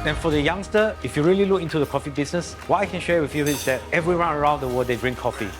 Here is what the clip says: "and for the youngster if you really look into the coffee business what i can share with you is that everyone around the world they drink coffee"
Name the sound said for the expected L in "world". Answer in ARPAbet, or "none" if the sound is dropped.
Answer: none